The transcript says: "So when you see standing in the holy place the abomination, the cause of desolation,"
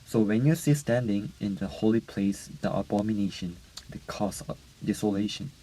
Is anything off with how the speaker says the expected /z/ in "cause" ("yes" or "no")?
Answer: yes